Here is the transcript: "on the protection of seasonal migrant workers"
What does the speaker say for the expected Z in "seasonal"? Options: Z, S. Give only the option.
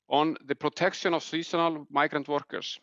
S